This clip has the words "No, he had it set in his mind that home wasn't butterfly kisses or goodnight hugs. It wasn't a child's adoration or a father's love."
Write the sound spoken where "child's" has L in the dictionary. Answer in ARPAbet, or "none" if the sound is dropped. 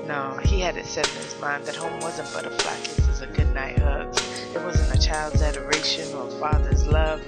L